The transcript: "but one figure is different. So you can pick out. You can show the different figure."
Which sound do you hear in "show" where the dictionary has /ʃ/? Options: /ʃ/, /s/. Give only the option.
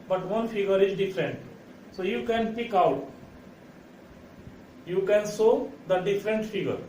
/s/